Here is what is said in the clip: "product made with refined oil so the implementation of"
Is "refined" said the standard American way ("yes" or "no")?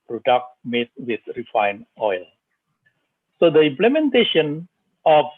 no